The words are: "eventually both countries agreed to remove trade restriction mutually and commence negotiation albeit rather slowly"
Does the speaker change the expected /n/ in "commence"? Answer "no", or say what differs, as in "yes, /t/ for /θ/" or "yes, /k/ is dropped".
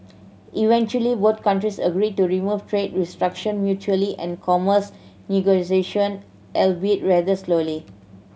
yes, /n/ is dropped